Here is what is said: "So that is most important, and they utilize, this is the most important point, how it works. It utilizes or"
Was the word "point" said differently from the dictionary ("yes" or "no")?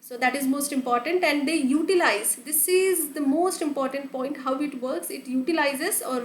no